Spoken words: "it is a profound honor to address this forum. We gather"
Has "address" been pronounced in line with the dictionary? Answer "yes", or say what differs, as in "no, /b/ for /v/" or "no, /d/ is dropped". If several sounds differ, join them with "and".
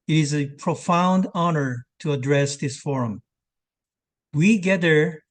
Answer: yes